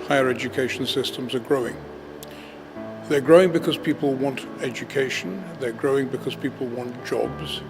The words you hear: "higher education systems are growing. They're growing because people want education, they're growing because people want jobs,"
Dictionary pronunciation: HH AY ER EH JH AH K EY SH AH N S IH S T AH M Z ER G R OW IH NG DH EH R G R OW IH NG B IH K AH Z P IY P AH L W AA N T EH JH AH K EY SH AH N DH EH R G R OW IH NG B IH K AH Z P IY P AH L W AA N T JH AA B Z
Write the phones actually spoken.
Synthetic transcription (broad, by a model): HH AY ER EH JH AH K EY SH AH N S IH S T AH M Z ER G R OW IH NG DH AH R G R OW IH NG B IH K AH Z P IY P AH L W AA N T EH JH AH K EY SH AH N DH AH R G R OW IH NG B IH K AH Z P IY P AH L W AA N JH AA B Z